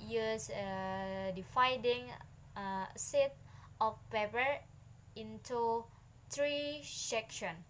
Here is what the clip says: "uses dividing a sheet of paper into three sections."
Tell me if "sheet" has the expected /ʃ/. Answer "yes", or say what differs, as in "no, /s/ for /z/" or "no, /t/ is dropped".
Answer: no, /s/ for /ʃ/